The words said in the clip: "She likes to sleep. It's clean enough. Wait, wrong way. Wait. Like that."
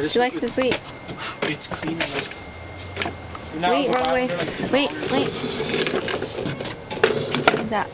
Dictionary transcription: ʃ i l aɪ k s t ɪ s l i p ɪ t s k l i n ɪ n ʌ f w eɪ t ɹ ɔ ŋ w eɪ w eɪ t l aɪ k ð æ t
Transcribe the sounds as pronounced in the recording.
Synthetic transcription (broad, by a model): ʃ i l aɪ k s t ɪ s w i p ɪ t s k l i n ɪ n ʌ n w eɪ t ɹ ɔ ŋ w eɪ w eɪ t w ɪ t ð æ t